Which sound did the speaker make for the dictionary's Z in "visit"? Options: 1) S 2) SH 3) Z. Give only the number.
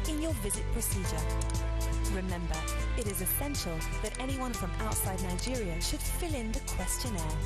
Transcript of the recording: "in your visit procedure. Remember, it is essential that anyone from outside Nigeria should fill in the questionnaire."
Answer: 3